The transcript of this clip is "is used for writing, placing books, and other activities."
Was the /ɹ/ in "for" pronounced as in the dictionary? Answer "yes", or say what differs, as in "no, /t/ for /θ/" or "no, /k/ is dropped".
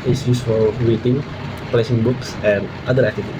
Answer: no, /l/ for /ɹ/